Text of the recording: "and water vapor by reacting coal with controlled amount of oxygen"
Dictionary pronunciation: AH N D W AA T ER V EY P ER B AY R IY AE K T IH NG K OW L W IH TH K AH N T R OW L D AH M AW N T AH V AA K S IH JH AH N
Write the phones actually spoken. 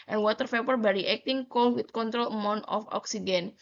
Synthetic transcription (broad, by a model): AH N W AA T ER P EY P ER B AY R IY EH K T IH NG K OW L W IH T K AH N T R OW L AH M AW N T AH F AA K S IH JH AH N